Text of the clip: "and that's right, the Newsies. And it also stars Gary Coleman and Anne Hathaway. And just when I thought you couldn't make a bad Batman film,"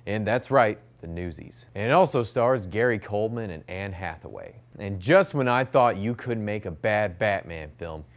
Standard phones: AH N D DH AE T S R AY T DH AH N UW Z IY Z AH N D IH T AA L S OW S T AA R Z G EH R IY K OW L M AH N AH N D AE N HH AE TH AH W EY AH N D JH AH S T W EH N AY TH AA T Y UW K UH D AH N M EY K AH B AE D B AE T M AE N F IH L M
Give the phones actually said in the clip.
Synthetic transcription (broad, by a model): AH N DH AE T S R AY T DH AH N UW Z IY Z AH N IH T AA L S OW S T AA R Z G EH R IY K OW L M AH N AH N AE N HH AE TH AH W EY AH N JH AH S T W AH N AY TH AA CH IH K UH D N M EY K AH B AE D B AE T M AE N F IH L M